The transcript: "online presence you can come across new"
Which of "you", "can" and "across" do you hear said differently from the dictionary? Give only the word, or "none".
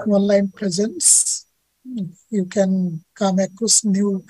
across